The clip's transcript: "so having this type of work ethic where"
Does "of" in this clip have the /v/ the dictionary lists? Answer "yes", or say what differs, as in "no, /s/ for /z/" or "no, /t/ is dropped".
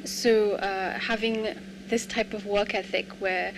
yes